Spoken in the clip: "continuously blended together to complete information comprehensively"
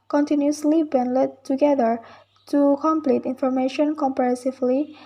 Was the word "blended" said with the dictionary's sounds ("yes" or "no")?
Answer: no